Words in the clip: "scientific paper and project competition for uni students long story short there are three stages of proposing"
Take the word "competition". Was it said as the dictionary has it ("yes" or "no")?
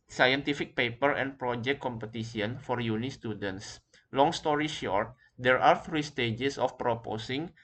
no